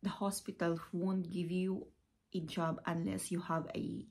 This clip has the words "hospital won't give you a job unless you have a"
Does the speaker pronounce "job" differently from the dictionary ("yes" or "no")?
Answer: no